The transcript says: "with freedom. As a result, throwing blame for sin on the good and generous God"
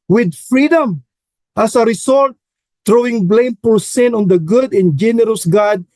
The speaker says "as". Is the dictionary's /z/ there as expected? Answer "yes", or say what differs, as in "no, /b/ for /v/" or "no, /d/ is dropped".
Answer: no, /s/ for /z/